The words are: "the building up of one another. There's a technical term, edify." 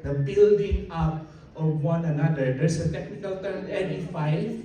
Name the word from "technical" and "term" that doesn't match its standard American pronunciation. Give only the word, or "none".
term